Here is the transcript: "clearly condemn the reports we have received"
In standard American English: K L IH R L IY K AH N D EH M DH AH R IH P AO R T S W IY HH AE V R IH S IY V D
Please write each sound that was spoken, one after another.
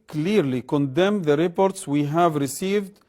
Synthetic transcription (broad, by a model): K L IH R L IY K AH N D EH M DH AH R IH P AO R T S W IY HH AE V R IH S IY V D